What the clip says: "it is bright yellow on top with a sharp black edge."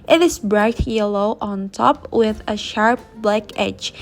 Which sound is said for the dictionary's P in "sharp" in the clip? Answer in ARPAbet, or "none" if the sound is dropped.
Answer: P